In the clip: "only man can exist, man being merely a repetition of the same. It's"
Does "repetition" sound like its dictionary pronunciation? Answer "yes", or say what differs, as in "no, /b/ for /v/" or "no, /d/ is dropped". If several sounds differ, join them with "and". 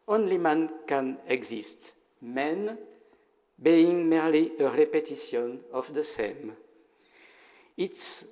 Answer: no, /s/ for /ʃ/